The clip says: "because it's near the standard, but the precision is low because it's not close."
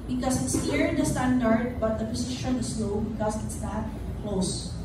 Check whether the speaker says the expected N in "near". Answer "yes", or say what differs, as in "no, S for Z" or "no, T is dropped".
no, L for N